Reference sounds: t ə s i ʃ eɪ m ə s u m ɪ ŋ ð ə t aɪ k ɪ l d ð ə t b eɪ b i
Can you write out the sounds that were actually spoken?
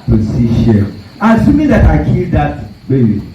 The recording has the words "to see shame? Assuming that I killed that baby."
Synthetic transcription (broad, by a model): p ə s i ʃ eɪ ə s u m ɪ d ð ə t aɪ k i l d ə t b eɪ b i